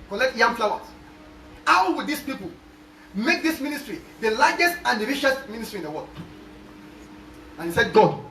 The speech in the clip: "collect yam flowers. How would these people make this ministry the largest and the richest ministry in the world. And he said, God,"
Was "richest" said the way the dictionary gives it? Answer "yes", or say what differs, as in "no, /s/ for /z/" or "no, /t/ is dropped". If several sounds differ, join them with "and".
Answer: no, /ʃ/ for /tʃ/